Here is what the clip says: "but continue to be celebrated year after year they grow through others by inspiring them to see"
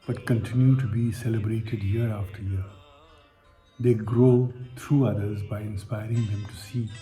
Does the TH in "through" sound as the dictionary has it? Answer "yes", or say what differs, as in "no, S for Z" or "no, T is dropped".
no, T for TH